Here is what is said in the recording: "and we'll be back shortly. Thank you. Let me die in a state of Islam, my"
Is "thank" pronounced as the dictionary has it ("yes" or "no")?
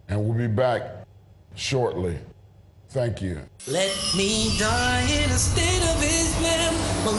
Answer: yes